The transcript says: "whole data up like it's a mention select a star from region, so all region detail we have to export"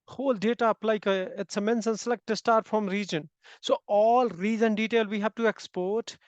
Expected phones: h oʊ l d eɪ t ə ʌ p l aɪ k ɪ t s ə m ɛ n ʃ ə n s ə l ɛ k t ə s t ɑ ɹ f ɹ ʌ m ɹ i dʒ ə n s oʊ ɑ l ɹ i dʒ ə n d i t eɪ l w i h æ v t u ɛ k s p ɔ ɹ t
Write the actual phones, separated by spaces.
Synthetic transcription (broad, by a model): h oʊ l d eɪ t ə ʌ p l aɪ k ɪ t s ə m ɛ n s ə n s ə l ɛ k t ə s t ɑ ɹ f ɹ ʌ m ɹ i dʒ ə n s oʊ ɑ l ɹ i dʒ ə n d i t eɪ l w i h æ v t u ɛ k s p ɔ ɹ t